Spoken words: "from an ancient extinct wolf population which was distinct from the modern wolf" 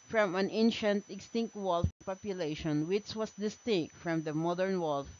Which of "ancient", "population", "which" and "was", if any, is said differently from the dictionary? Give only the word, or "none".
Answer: was